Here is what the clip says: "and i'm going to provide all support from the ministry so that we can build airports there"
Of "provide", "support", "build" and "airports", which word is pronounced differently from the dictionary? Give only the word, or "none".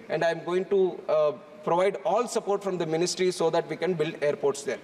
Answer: none